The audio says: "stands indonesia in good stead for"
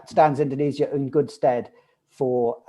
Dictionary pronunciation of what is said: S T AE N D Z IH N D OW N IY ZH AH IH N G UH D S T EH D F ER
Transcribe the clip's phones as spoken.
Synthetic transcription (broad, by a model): S T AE N D Z IH N D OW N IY Z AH IH N G UH D S T EH D F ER